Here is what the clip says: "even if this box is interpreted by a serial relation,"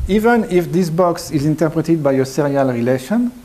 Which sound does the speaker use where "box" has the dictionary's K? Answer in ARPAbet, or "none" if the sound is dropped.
K